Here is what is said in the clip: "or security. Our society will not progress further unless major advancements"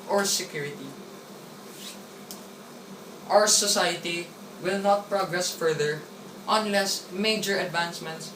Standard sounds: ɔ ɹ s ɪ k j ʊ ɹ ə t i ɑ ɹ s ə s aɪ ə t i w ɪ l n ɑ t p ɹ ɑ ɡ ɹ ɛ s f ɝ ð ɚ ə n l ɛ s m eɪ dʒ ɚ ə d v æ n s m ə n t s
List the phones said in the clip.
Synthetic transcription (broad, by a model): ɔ ɹ s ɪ k j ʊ ɹ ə t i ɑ w s ə s aɪ ə t i w ɪ l n ɑ t p ɹ ɑ ɡ ɹ ɛ s f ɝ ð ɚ ə n l ɛ s m eɪ dʒ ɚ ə d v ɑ n s m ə n t s